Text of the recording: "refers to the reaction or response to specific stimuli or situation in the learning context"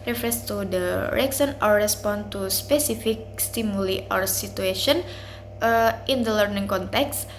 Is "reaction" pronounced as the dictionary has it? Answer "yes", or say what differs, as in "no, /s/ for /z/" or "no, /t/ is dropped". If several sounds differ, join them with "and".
no, /s/ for /ʃ/